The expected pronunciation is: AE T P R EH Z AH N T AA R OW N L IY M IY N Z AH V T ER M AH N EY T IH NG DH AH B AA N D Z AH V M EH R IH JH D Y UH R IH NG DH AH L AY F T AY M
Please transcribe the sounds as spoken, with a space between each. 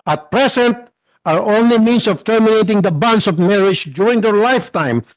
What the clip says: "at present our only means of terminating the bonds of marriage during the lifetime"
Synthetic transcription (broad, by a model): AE T P R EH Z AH N T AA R OW N L IY M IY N S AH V T ER M AH N EY T IH NG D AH B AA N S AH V M EH R IH JH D Y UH R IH NG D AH L AY F T AY M